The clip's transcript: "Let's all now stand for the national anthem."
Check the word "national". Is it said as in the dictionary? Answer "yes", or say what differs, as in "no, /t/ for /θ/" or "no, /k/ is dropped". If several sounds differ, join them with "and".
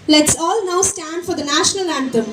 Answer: yes